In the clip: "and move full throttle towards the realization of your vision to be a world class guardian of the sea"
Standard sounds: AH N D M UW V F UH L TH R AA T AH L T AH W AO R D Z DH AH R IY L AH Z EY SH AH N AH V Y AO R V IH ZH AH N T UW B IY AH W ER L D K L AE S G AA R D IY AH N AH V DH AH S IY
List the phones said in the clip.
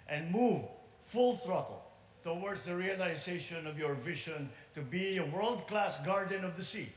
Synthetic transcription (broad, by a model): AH N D M UW V F UH L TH R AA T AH L T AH W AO R D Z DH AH R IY L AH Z EY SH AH N AH V Y AO R V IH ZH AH N T UW B IY AH W ER L D K L AE S G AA R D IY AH N AH V DH AH S IY